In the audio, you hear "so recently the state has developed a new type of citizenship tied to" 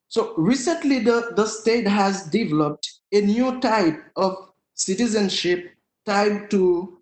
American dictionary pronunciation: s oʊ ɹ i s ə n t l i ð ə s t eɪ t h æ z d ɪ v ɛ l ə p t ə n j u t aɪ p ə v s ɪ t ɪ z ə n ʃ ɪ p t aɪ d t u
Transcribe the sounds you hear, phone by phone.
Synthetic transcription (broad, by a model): s oʊ ɹ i s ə n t l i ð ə s t eɪ t h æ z d ɪ v ɛ l ə p t ə n j u t aɪ p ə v s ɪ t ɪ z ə n ʃ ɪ p t aɪ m t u